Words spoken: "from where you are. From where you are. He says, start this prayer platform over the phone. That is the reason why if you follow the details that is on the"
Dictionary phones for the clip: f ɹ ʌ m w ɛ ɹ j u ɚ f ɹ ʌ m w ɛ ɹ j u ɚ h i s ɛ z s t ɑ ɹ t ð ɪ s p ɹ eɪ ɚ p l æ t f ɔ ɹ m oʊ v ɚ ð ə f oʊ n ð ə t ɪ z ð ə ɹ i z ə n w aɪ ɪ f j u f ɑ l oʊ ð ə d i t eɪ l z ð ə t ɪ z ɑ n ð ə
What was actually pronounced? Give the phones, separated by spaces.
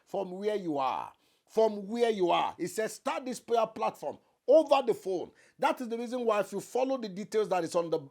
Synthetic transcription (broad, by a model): f ɹ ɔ m w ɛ j u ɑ f ɹ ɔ m w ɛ j u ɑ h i s ɛ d s t ɑ t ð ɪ s p eɪ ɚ p l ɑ t f ɔ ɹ m oʊ v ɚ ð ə f oʊ n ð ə t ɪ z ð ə ɹ i z ə n w aɪ ɪ f j u f ɑ l oʊ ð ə d i t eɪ l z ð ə t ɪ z ɑ n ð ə